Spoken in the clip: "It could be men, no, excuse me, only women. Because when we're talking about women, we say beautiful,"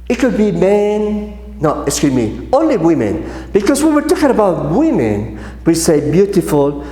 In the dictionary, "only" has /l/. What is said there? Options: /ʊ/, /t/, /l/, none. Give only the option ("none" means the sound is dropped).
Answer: /l/